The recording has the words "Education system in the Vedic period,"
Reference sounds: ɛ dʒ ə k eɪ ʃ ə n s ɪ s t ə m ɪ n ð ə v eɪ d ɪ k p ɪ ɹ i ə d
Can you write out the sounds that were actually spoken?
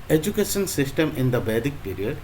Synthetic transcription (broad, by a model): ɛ dʒ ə k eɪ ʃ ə n s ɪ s t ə m ɪ n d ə b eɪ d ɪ k p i ɹ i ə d